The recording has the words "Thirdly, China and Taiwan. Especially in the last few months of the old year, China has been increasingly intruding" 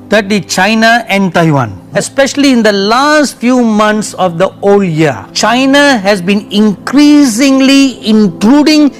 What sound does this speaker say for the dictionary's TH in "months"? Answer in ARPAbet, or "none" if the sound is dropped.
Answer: T